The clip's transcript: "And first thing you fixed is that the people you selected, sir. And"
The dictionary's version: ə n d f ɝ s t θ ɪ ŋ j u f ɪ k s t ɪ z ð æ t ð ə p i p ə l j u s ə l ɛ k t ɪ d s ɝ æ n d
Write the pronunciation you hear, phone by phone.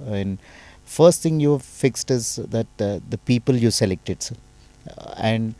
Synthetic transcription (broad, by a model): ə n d f ɝ s t t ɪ ŋ j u f ɪ k s t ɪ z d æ t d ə p i p ə l j u s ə l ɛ k t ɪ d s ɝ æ n d